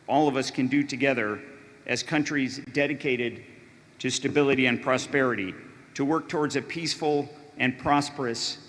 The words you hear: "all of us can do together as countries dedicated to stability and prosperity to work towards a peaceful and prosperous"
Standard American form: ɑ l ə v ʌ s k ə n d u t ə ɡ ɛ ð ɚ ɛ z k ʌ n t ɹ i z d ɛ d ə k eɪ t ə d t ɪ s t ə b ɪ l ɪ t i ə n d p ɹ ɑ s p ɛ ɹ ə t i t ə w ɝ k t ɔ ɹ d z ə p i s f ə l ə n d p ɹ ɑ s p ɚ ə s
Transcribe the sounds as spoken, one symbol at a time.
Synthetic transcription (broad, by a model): ɑ l ə v ʌ s k ə n d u t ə ɡ ɛ ð ɚ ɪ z k ʌ n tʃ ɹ i z d ɛ d ə k eɪ t ə d t ɪ s t ə b ɪ l ɪ t i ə n p ɹ ɑ s p ɛ ɹ ə t i t ə w ɝ k t ɔ ɹ d z ə p i s f l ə n p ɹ ɑ s p ɚ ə s